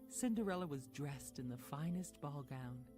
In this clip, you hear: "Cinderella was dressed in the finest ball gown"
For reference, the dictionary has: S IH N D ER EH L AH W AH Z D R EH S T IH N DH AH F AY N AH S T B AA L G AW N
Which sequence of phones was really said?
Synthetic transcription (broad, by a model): S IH N D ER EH L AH W AH Z D R EH S T IH N DH AH F AY N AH S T B AA L G AW N